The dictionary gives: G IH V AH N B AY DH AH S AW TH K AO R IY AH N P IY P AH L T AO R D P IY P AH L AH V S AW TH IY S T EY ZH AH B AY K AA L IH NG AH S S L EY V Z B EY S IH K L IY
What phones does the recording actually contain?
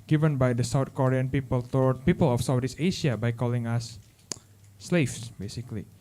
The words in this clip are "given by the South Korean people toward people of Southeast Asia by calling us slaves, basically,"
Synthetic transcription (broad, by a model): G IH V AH N B AY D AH S AW T K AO R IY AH N P IY P AH L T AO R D P IY P AH L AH F S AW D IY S EY SH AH B AY K AA L IH NG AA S S L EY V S B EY S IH K L IY